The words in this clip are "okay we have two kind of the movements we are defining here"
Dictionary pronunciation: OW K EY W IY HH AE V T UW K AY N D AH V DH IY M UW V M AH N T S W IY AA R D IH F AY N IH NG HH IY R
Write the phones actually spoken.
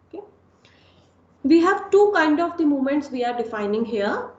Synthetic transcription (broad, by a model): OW K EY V IY HH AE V T UW K AY N D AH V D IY M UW M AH N T S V IY AA R D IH F AY N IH NG HH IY R